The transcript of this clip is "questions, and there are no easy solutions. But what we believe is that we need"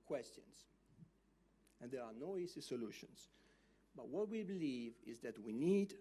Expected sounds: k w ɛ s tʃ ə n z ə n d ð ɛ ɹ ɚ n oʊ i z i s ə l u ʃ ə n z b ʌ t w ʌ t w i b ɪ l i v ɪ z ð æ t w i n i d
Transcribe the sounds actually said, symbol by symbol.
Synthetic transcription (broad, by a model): k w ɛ s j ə n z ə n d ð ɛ ɹ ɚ n oʊ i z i s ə l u ʃ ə n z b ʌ t w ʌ t w i b ɪ l i v ɪ z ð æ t w i n i d